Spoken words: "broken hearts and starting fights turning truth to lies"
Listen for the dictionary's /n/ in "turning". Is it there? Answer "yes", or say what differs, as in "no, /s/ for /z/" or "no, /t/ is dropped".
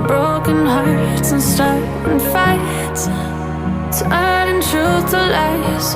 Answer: no, /n/ is dropped